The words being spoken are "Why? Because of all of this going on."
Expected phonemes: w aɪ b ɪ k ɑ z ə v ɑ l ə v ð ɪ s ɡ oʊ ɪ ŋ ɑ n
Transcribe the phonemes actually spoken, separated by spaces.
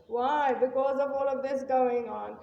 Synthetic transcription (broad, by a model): w aɪ b ɪ k ɑ z ə v ɑ l ə v ð ɪ s ɡ oʊ ɪ ŋ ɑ n